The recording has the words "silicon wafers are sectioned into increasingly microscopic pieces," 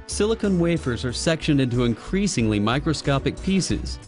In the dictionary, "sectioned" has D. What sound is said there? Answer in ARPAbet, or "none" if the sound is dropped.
D